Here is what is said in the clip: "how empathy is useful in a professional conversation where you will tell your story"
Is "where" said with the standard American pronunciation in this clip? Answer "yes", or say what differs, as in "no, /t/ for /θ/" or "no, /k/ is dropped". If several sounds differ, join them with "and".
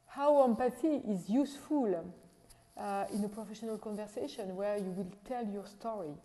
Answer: yes